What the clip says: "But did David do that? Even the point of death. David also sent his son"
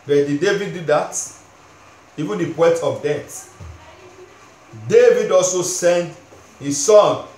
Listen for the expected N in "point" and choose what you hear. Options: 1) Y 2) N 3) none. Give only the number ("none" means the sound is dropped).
3